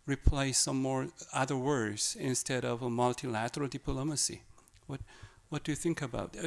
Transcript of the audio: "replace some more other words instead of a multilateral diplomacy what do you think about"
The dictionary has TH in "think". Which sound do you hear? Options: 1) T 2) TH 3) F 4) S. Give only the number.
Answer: 2